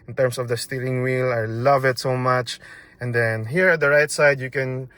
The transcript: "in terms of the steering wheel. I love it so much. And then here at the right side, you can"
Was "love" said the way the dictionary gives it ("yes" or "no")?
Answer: yes